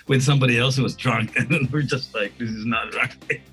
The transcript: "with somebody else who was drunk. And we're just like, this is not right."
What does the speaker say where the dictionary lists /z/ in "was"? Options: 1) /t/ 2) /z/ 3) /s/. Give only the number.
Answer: 2